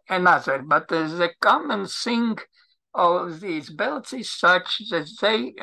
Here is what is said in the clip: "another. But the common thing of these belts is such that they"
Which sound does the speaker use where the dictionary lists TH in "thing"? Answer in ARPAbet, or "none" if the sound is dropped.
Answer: S